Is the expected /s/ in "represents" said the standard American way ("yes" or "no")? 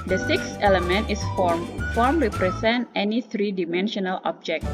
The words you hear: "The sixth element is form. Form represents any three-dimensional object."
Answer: no